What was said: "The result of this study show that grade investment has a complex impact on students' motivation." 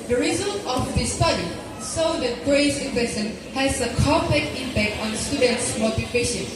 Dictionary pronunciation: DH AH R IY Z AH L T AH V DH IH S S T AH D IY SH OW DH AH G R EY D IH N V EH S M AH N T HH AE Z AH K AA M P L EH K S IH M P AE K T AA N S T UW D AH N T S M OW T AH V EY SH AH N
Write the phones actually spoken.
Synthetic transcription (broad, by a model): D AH R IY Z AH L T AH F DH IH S S T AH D IY S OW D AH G R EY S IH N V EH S AH N HH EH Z AH K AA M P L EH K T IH M P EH K T AA N S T UW D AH N T S M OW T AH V EY SH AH N